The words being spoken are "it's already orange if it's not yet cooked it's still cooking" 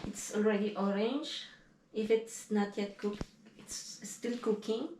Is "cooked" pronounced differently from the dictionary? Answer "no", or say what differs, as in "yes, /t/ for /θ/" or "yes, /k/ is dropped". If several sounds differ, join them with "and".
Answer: yes, /t/ is dropped